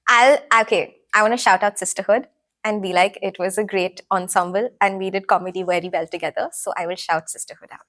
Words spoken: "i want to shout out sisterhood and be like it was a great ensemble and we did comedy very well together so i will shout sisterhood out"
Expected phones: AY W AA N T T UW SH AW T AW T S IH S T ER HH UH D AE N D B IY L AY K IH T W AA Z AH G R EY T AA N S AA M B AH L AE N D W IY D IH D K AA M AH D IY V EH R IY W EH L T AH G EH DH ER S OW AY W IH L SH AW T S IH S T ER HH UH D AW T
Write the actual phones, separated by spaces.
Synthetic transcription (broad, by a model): AY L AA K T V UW SH AW T AW T S IH S T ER HH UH D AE N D B IY L AY K IH T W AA Z AH G R EY T AA N S AA M B AH L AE N D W IY D IH D K AA M AH D IY V EH R IY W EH L T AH G EH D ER S OW AY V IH L SH AW T S IH S T ER HH UH D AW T